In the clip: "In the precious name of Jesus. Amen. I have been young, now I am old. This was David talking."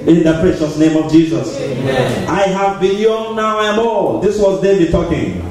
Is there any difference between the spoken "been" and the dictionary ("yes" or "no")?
yes